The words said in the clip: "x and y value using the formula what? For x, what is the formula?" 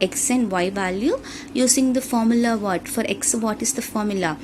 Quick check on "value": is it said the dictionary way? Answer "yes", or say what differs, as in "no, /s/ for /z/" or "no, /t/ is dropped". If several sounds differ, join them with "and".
yes